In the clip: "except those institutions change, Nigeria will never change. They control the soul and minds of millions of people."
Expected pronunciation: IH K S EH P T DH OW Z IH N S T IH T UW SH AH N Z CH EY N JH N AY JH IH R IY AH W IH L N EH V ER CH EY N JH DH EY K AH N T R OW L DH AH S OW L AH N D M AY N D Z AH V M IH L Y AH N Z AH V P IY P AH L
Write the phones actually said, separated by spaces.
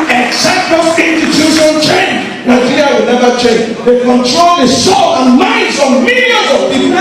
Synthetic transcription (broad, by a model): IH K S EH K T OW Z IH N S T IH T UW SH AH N CH EY N JH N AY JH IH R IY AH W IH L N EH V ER CH EY N JH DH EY K AH N T R OW L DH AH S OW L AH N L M AY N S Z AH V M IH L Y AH Z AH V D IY